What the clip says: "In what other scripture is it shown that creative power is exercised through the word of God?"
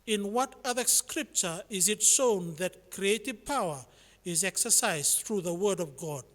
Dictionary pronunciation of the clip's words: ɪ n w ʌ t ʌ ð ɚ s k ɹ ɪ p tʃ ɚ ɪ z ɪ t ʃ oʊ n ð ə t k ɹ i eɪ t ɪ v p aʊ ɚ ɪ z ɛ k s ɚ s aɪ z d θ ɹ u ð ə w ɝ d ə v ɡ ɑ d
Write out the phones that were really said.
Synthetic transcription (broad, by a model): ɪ n w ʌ t ʌ ð ɚ s k ɹ ɪ p tʃ ɚ ɪ z ɪ t ʃ oʊ n ð ə t k ɹ i eɪ t ɪ v p aʊ ɚ ɪ z ɛ k s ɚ s aɪ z θ ɹ u ð ə w ɝ d ə v ɡ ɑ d